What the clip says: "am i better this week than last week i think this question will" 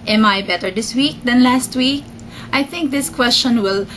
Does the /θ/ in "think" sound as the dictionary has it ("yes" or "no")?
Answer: no